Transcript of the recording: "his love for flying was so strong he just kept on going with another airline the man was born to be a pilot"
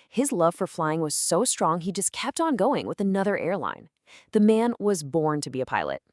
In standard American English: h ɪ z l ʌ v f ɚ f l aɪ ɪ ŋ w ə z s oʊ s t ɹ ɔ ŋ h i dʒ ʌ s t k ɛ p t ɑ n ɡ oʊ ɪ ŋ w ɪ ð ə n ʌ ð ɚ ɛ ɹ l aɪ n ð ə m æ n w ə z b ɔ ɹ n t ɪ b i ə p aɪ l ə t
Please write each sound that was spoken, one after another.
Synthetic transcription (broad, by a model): h ɪ z l ʌ v f ɚ f l aɪ ɪ ŋ w ə z s oʊ s t ɹ ɔ ŋ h i dʒ ʌ s k ɛ p t n ɡ oʊ ɪ ŋ w ɪ ð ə n ʌ ð ɚ ɛ ɹ l aɪ n ð ə m æ n w ə z b ɔ ɹ n t ɪ b i ə p aɪ l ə t